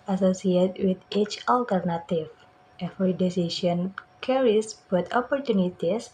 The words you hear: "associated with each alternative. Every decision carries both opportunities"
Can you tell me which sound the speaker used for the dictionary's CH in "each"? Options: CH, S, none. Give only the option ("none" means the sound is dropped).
CH